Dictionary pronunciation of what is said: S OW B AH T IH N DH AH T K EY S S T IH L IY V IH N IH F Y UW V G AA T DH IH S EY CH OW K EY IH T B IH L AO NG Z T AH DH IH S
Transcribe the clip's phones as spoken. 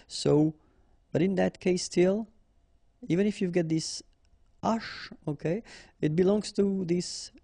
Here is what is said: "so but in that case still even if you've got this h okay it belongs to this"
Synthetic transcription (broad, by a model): S OW B AH T IH N DH AH T K EY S S T IH L IY V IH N IH F Y UW V G AA T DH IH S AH SH OW K EY IH T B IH L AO NG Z T AH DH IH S